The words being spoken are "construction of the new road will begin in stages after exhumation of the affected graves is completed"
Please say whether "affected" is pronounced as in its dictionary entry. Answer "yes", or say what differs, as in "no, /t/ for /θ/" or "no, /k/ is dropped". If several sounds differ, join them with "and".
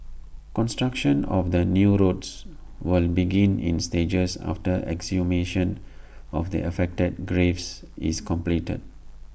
yes